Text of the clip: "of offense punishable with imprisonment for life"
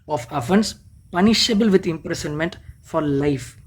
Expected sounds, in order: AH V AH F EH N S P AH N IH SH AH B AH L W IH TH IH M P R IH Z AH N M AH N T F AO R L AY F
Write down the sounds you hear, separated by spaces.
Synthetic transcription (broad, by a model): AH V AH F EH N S P AH N IH SH AH B AH L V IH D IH M P R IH S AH N M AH N T F AO R L AY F